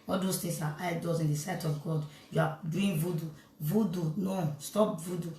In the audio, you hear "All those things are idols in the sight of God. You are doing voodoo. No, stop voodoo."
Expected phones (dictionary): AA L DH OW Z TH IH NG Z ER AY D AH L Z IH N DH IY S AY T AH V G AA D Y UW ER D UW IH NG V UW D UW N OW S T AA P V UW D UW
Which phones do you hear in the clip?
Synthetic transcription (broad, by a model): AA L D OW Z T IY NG S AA AY D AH Z IH N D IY S AY T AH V G AA D Y UW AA D UW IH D V UW D UW N OW S T AA P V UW D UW